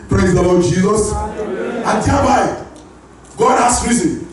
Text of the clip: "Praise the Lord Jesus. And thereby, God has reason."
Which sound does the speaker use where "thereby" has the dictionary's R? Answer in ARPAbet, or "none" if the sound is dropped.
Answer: L